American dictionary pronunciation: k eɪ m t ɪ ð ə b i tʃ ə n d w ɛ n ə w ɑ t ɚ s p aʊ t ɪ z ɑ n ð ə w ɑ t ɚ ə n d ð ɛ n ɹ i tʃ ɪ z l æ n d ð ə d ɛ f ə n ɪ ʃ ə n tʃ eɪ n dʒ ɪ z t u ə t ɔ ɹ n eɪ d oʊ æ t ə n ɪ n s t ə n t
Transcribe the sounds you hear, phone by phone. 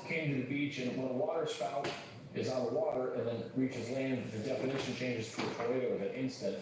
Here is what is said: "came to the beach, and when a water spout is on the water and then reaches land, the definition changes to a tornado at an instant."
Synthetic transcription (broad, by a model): k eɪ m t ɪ ð ə b i tʃ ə n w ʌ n ə w ɑ t ɚ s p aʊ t ɪ z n ð ə w ɑ t ɚ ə n ð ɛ n ɹ i tʃ ɪ z l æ n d ð ə d ɛ f ə n ɪ ʃ ə n tʃ eɪ n dʒ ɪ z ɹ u ə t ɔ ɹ eɪ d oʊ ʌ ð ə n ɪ n s t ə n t